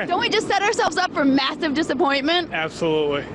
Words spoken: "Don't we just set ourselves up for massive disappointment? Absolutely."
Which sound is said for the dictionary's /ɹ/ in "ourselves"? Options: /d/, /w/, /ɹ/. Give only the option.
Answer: /ɹ/